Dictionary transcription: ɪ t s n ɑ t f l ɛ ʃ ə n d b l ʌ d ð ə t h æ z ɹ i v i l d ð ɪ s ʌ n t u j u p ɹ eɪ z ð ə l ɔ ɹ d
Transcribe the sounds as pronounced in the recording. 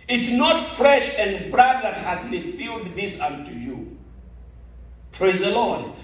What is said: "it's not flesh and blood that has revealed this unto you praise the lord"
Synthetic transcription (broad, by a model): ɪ t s n ɑ t f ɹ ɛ ʃ ə n d b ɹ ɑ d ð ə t h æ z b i f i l d ð ɪ s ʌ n t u j u p ɹ eɪ z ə l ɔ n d